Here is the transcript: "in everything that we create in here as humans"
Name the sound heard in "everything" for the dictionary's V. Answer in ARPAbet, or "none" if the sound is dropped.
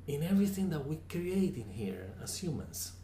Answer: V